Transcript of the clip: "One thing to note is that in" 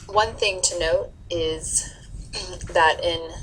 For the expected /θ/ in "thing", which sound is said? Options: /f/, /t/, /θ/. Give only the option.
/θ/